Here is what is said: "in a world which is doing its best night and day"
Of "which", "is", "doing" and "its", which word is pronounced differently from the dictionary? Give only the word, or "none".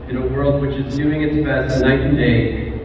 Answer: none